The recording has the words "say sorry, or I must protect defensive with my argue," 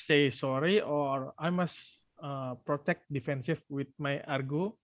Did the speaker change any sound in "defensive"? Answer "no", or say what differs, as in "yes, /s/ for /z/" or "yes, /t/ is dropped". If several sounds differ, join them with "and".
yes, /f/ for /v/